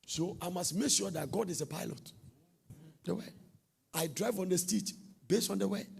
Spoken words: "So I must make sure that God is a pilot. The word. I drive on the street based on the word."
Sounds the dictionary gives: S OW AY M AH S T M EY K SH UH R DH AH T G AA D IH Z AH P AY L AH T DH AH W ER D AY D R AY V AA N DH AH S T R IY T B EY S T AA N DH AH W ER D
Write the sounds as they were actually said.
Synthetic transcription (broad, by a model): S OW AY M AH S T M EY K SH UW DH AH T G AA D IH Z AH P AY L AH T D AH W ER AY D R AY V AA N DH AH S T IY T B EY S T AA N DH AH W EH